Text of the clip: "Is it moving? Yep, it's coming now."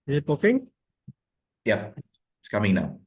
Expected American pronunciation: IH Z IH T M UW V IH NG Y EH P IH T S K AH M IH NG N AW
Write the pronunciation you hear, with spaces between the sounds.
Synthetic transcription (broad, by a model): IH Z IH T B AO F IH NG Y EH P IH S K AH M IH NG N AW